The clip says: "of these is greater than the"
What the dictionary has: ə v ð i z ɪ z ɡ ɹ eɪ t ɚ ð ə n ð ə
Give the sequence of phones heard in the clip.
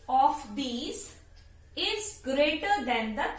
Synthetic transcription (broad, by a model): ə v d i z ɪ z ɡ ɹ eɪ t ɚ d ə n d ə